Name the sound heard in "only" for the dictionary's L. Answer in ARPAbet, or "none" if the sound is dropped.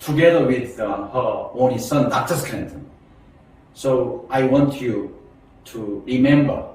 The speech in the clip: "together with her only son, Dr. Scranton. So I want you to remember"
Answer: none